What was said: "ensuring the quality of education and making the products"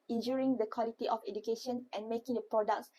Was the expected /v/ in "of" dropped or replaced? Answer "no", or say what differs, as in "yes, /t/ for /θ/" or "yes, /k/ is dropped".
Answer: yes, /f/ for /v/